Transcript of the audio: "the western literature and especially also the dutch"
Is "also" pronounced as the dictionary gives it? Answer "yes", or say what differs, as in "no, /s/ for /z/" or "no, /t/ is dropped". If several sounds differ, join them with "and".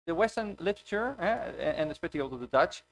no, /s/ is dropped